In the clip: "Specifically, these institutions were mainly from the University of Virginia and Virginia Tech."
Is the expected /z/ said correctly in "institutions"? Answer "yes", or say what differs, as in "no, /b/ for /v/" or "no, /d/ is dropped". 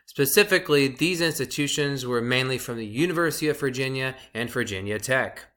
yes